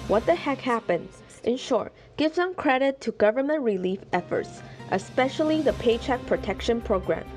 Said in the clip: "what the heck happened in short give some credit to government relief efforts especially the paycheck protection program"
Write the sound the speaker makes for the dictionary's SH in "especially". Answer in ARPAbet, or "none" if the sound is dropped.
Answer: SH